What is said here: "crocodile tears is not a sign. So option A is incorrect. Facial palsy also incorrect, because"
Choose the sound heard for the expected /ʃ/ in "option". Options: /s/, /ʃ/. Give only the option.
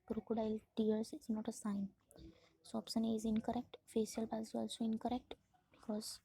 /s/